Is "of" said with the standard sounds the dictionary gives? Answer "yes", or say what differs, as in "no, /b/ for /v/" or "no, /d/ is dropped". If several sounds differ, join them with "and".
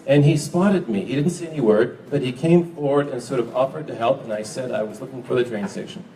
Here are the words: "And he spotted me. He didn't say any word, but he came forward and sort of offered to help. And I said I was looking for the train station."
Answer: yes